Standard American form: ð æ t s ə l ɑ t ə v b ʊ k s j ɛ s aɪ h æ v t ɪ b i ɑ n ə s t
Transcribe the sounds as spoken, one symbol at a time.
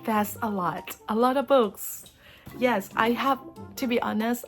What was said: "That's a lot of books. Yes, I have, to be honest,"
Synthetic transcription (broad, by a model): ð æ t s ə l ɑ t ə v b ʊ k s j ɛ s aɪ h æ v t ɪ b i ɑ n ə s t